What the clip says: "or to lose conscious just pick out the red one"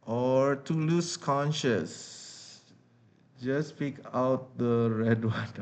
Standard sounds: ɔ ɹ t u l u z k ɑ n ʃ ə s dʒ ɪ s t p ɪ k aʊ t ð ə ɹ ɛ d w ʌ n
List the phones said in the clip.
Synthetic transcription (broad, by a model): ɔ ɹ t u l u s k ɑ n ʃ ə s dʒ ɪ s p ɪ k aʊ t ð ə ɹ ɛ d w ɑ n